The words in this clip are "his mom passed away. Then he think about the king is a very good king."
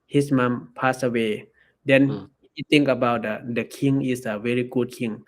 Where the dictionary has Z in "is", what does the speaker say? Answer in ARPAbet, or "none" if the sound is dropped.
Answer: S